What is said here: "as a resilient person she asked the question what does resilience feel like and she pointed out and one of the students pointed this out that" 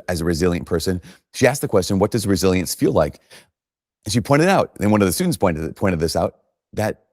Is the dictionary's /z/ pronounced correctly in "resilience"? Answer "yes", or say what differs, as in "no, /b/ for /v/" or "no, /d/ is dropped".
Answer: yes